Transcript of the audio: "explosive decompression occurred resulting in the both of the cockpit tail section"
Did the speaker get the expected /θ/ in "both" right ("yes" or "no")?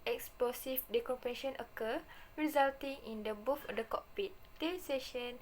no